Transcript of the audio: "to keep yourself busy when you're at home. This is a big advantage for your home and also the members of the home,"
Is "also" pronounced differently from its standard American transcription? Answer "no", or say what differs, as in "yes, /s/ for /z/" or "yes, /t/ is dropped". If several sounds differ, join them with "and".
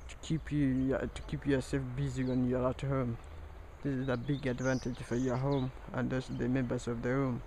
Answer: yes, /l/ is dropped